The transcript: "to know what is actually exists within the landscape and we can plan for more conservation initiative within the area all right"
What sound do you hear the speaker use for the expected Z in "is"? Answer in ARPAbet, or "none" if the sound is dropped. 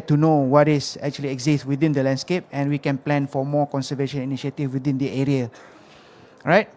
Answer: S